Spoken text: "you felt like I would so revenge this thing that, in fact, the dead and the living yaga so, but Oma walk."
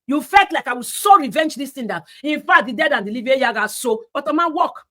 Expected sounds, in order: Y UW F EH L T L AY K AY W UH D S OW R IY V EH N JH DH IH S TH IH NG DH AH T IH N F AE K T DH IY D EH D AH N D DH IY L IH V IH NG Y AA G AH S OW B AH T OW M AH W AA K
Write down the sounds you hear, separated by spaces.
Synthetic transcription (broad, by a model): Y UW F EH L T L AY K AY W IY S OW R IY V EH N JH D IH S T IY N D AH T IH N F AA T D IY D EH D AH N D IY L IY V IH Y AA G AH S OW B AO T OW M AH W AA K